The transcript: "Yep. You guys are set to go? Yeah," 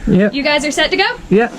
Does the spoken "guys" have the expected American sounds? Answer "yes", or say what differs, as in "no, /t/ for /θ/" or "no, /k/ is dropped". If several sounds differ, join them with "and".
yes